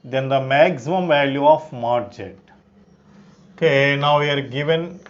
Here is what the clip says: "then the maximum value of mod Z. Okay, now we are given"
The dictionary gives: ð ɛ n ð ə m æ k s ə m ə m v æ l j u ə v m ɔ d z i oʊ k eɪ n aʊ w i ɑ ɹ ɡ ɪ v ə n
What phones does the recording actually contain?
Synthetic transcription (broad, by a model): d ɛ n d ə m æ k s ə m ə m v æ l j u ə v m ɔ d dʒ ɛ oʊ k eɪ n aʊ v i ɑ ɹ ɡ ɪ v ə n